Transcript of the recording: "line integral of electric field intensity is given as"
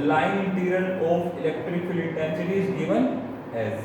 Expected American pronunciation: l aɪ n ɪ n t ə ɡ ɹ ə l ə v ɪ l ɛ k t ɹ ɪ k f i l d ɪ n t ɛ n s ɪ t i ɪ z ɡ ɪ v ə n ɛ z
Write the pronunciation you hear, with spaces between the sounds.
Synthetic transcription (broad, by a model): l aɪ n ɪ n t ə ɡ ɹ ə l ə f ɪ l ɛ k t ɹ ɪ k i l ɪ n t ɛ n s ɪ t i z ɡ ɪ v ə n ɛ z